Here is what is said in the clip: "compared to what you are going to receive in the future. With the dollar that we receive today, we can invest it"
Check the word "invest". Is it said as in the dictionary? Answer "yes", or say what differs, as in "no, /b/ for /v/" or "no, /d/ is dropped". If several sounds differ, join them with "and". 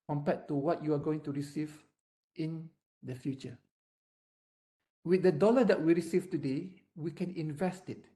yes